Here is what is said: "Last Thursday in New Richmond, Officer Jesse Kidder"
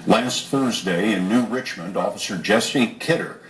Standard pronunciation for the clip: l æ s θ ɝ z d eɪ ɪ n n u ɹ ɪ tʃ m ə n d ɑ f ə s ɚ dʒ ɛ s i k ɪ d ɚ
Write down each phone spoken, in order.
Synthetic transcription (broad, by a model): l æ s θ ɝ z d eɪ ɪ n n u ɹ ɪ tʃ m ə n d ɑ f ə s ɚ dʒ ɛ s i k ɪ d ɚ